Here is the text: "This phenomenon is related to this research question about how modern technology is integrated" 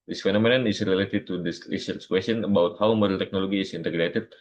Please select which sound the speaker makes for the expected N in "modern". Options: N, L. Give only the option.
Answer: L